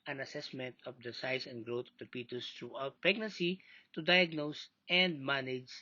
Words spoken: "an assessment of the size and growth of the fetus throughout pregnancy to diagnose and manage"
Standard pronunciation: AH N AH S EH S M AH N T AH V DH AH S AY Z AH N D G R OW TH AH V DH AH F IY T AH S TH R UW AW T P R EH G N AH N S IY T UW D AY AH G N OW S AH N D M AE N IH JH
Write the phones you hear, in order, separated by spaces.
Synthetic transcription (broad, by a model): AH N AH S EH S M AH N T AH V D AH S AY S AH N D G R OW T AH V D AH P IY T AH S T R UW AW T P R EH G N AH N S IY T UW D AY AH G N OW S AH N D M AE N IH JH